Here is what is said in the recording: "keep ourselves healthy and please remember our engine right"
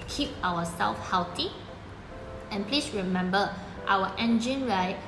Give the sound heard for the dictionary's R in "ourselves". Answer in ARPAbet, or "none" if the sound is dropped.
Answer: W